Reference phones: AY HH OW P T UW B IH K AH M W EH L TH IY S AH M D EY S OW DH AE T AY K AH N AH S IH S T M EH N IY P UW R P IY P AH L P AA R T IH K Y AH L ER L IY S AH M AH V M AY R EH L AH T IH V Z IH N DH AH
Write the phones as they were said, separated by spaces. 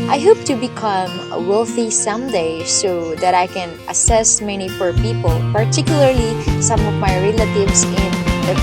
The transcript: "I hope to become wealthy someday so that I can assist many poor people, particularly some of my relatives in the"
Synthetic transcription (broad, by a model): AY HH OW P T UW B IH K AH M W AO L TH IY S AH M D EY S OW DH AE T AY K AH N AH S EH S M EH N IY F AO R P IY P AH L P AA R T IH K Y AH L ER L IY S AH M AH V M AY R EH L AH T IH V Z IH N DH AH